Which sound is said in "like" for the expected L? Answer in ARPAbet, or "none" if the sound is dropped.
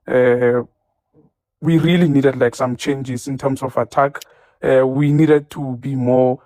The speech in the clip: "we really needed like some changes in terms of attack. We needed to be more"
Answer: L